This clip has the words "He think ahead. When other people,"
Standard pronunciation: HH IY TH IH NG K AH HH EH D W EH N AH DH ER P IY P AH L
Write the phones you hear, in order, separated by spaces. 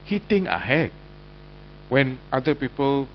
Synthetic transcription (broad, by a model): HH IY T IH NG AH HH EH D W EH N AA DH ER P IY P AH L